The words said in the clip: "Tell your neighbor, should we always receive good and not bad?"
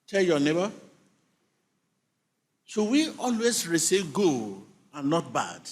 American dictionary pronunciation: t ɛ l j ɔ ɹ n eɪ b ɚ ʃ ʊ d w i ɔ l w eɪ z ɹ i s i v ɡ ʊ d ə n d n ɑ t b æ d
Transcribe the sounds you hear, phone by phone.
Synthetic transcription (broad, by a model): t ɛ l j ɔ n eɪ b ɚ s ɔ w i ɔ l w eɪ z ɹ i s i v ɡ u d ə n n ɑ t b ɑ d